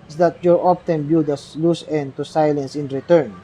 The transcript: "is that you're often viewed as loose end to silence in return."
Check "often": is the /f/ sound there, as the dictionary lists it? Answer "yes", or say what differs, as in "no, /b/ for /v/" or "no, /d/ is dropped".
no, /p/ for /f/